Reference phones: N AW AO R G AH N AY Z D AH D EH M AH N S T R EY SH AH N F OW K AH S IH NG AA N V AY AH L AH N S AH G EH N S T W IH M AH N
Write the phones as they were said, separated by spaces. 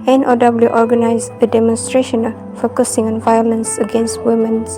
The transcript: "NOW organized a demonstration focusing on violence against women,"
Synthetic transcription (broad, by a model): N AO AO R G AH N AY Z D AH D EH M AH N S T R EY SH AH N F OW K AH S IH NG AA N V AY AH L AH N S AH G EH N S T W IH M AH N